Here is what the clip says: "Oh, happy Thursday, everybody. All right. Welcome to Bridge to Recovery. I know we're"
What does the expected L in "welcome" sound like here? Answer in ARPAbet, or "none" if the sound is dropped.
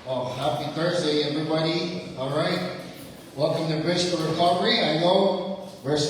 none